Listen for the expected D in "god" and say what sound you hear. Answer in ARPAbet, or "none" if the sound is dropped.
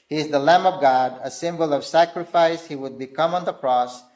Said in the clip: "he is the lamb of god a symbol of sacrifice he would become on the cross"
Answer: D